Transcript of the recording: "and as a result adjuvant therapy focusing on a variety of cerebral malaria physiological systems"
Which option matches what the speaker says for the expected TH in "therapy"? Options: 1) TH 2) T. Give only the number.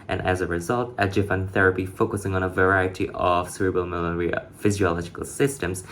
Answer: 1